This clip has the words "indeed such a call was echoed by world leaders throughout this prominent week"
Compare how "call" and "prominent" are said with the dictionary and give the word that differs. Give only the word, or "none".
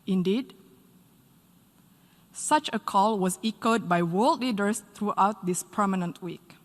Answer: prominent